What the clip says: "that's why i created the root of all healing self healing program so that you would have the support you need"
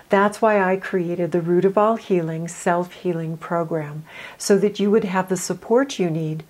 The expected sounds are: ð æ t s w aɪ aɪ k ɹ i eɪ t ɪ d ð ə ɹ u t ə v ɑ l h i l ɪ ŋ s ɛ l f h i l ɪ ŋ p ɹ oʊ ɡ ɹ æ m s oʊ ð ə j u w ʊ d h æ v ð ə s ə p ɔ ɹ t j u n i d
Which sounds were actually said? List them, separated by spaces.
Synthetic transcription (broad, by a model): ð æ t s w aɪ aɪ k ɹ i eɪ t ɪ d ð ə ɹ u t ə v ɑ l h i l ɪ ŋ s ɛ l f h i l ɪ ŋ p ɹ oʊ ɡ ɹ æ m s oʊ ð ə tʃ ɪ w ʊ d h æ v ð ə s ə p ɔ ɹ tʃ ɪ n i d